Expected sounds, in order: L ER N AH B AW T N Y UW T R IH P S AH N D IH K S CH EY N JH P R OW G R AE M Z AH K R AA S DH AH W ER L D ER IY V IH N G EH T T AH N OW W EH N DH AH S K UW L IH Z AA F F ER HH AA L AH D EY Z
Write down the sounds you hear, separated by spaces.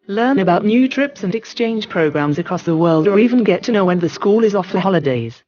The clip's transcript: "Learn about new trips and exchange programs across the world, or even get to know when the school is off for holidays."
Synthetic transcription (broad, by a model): L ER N AH B AW T N Y UW T R IH P S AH N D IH K S CH EY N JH P R OW G R AE M Z AH K R AA S DH AH W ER L D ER IY V IH N G EH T T AH N OW W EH N DH AH S K UW L IH Z AA F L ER HH AA L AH D EY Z